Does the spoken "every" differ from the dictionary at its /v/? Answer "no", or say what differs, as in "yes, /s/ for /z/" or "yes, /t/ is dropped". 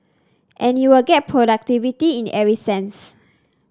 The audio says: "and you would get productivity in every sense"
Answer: yes, /v/ is dropped